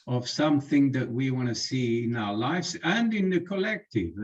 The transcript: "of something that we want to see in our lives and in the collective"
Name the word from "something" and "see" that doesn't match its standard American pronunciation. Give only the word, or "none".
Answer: none